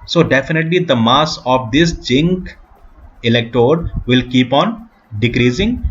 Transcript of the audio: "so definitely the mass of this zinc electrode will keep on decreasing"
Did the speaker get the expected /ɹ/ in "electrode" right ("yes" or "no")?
no